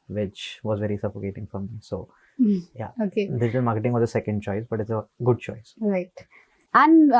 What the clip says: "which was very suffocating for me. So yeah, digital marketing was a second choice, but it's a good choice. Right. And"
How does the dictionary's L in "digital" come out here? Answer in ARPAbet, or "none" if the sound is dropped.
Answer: N